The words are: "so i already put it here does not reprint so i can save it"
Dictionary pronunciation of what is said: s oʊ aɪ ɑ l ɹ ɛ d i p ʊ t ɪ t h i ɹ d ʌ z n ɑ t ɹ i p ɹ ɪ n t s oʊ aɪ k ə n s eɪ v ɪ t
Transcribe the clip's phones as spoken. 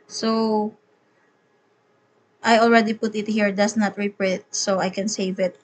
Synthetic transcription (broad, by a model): s oʊ aɪ ɑ l ɹ ɛ d i p ʊ t ɪ t h i ɹ d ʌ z n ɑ t ɹ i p ɹ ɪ t s oʊ aɪ k ə n s eɪ v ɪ t